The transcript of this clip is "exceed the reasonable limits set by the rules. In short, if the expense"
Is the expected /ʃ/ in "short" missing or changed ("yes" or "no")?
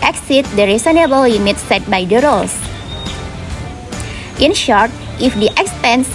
no